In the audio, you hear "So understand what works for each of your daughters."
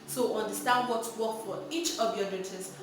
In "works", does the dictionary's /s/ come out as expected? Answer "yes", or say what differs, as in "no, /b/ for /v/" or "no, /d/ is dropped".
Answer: no, /s/ is dropped